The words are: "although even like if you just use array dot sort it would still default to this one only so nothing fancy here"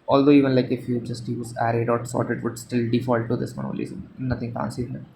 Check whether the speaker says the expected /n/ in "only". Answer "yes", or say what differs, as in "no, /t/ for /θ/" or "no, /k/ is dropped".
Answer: no, /n/ is dropped